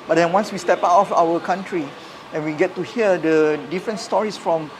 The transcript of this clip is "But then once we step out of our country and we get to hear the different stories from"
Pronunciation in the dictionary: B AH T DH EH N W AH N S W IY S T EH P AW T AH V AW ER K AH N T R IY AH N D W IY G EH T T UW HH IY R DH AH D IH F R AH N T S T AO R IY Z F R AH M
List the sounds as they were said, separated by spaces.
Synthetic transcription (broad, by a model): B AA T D EH N W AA N S W IY S T EH P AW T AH F AW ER K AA N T R IY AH N W IY G EH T T UW HH IY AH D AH D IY F R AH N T S T AO R IY S F R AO M